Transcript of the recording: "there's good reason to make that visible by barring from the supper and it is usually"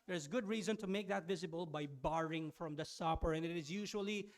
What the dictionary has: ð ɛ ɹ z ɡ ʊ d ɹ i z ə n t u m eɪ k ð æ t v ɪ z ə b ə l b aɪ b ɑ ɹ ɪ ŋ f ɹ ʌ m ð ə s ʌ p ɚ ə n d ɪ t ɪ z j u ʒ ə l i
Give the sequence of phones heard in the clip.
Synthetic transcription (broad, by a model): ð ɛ ɹ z ɡ ʊ d ɹ i z ə n t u m eɪ k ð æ t v ɪ z ə b ə l b aɪ b ɑ ɹ ɪ ŋ f ɹ ʌ m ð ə s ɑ p ɚ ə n ɪ t ɪ z j u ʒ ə l i